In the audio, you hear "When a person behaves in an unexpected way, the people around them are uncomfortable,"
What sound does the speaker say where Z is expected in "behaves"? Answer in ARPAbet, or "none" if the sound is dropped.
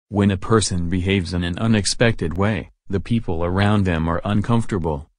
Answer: Z